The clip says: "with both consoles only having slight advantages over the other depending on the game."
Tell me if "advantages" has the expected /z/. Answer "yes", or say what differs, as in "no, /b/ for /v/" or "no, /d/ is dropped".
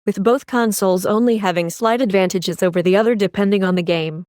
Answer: yes